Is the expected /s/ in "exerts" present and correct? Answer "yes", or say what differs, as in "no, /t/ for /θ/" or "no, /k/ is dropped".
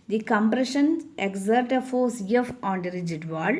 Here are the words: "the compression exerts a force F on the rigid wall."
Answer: no, /s/ is dropped